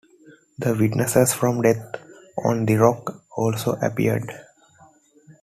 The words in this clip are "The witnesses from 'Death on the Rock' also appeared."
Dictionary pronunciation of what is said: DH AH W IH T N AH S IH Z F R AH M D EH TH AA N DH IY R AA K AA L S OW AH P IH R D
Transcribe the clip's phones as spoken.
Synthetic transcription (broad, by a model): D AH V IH T N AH S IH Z F R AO M D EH T AA N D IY R AA K AA L S OW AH P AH R D